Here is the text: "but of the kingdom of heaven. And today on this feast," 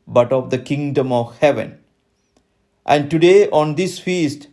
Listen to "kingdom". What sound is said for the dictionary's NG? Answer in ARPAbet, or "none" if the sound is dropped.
NG